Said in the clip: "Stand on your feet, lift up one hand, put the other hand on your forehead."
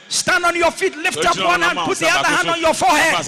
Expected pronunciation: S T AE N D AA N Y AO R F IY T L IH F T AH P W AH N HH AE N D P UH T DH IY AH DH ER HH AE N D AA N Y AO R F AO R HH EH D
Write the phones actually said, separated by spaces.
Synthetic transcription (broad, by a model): S T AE N D AA N Y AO F IY T L IH F T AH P W AH N HH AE N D P UH T DH IY AH DH ER HH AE N D AA N Y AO F AO HH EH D